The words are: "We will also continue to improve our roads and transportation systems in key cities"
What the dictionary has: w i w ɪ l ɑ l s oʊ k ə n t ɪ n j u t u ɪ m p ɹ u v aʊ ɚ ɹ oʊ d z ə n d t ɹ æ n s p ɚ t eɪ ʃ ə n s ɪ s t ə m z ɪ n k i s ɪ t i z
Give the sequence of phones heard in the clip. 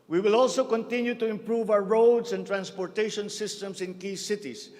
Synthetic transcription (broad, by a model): w i w ɪ l ɑ l s oʊ k ə n t ɪ n j u t u ɪ m p ɹ u v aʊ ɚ ɹ oʊ d s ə n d t ɹ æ n s p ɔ t eɪ ʃ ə n s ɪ s t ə m s ɪ n k i s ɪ t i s